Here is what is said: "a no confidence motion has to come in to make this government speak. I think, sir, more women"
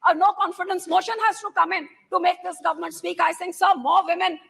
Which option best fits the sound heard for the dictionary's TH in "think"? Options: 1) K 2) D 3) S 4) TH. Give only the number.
3